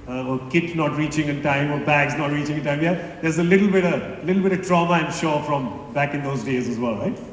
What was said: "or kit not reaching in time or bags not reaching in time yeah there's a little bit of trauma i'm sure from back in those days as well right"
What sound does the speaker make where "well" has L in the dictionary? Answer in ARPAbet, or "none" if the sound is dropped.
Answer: L